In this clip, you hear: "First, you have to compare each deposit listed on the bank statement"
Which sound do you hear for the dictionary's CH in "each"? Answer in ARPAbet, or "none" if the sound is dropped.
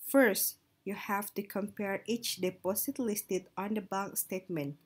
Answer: CH